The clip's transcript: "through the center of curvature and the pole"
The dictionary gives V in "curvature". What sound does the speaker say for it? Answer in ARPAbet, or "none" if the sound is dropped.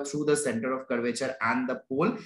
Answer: V